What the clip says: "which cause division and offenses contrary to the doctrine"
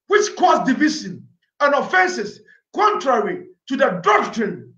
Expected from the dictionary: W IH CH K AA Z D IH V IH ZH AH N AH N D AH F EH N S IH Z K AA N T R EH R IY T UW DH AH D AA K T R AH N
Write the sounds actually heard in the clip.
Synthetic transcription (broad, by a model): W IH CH K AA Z D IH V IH S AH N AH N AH F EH N S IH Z K AA N T R EH R IY T UW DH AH D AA K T R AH N